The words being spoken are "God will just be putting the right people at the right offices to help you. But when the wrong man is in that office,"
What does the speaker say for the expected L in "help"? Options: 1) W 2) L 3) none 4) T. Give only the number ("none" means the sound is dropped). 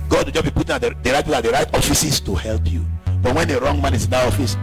2